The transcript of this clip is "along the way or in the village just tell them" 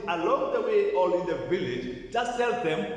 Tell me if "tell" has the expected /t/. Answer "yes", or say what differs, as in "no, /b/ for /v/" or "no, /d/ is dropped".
no, /s/ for /t/